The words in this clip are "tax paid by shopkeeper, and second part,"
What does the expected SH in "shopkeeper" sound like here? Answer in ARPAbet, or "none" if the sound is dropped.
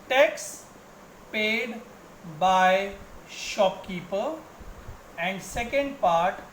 SH